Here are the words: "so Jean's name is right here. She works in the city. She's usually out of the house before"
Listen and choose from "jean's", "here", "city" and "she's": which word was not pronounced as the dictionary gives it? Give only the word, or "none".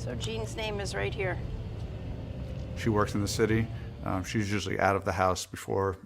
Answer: none